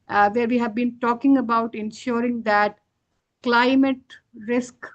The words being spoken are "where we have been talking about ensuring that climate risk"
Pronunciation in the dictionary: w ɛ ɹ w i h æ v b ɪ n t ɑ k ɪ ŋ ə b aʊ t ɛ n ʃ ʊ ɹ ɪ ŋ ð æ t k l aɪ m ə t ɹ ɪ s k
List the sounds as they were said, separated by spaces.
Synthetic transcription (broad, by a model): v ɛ ɹ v i h æ v b ɪ n t ɑ k ɪ ŋ ə b aʊ t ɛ n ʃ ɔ ɹ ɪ ŋ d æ t k l aɪ m ə t ɹ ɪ s k